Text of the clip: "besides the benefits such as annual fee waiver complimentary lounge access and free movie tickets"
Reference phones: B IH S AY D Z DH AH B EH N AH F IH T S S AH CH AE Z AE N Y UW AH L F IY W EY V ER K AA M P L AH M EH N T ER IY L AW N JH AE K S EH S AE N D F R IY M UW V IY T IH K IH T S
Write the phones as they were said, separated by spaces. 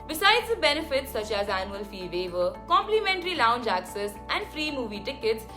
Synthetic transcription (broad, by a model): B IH S AY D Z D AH B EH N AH F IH T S S AH CH AE Z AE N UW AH L F IY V EY V ER K AA M P L AH M EH N T ER IY L AW N JH AE K S EH S AE N D F R IY M UW V IY T IH K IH T S